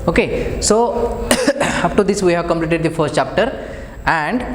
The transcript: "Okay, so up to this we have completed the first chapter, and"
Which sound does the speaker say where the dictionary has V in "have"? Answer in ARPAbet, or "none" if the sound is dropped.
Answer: V